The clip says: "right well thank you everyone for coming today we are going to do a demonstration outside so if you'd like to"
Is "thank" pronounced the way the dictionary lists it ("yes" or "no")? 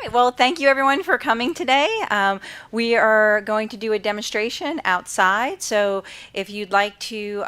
yes